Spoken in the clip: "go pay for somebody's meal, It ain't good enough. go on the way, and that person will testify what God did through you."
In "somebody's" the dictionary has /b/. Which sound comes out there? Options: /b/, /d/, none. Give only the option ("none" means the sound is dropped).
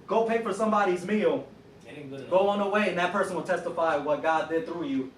/b/